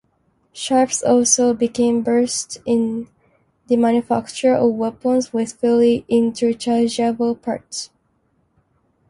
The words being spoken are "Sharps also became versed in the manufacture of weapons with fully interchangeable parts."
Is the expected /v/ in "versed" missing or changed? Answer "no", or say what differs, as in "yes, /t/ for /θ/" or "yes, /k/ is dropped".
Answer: yes, /b/ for /v/